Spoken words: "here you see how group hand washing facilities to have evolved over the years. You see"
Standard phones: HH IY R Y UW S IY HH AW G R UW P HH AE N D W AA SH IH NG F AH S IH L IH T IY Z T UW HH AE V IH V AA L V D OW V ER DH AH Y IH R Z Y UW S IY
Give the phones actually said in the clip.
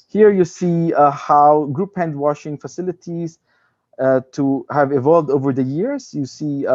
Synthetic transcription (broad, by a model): HH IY R Y UW S IY HH AW G R UW P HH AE N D W AA SH IH NG F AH S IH L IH T IY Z T UW HH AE V IH V AA L V D OW V ER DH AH Y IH R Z Y UW S IY